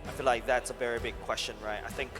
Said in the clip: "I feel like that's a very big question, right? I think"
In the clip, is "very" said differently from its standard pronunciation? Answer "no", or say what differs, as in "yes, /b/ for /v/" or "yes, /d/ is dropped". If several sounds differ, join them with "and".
no